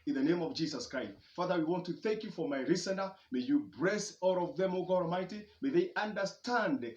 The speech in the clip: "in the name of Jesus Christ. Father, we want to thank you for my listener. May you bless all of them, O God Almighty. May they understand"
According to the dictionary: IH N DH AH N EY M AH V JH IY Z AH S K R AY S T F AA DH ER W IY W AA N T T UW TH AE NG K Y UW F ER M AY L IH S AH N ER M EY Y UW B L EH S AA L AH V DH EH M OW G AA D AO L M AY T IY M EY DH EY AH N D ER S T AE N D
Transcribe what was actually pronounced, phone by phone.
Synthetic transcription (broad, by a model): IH N DH AH N EY M AH V JH IY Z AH S K R AY S T F AA DH ER W IY W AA N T T UW TH AE NG K Y UW F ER M AY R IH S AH N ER M EY Y UW B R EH S AA L AH V DH EH M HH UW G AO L M AY T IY M EY DH EY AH N D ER S T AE N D